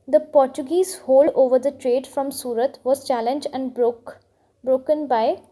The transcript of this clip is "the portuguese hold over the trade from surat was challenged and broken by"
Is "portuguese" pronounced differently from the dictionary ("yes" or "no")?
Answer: no